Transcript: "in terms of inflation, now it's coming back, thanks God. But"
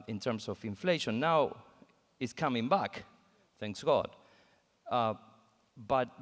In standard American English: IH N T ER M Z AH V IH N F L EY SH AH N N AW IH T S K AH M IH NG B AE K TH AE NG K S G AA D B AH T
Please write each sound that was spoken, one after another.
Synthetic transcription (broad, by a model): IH N T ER M S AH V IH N F L EY SH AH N N AW IH T S K AH M IH NG B AE K TH AE NG K S G AA D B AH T